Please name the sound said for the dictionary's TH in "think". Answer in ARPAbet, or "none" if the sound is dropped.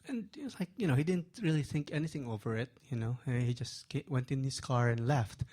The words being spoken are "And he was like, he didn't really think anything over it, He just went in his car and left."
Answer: TH